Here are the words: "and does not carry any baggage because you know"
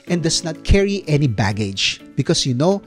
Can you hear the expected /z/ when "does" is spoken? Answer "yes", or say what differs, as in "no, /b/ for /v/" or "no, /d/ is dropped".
no, /s/ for /z/